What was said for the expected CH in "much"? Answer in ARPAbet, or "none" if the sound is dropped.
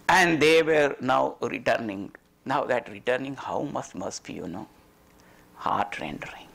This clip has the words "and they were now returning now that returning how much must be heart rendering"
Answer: S